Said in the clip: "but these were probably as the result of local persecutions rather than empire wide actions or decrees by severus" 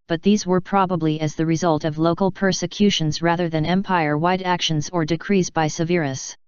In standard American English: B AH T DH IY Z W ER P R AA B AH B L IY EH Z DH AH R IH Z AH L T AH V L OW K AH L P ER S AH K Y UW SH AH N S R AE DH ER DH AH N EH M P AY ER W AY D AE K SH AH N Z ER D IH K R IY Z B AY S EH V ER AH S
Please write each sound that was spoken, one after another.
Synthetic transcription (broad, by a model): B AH T DH IY Z W ER P R AA B AH B L IY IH Z DH AH R IH Z AH L T AH V L OW K AH L P ER S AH K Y UW SH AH N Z R AE DH ER DH AH N EH M P AY ER W AY D AE K SH AH N Z ER D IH K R IY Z B AY S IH V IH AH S